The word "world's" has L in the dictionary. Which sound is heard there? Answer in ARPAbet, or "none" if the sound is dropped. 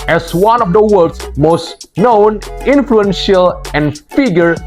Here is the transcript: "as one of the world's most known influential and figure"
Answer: none